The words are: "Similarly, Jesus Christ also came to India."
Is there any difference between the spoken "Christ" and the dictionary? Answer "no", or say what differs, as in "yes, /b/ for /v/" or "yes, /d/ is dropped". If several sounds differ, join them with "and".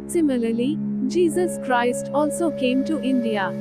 no